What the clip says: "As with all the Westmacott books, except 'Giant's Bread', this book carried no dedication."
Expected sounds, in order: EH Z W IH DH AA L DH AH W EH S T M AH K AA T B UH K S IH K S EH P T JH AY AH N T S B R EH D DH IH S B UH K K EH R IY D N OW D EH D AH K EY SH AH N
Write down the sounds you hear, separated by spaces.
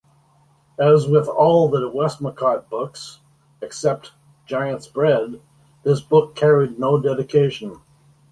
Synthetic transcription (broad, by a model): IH Z W IH DH AA L DH AH W EH S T M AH K AA T B UH K S IH K S EH P T JH AY AH N T S B R EH D DH IH S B UH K K EH R IY D N OW D EH D AH K EY SH AH N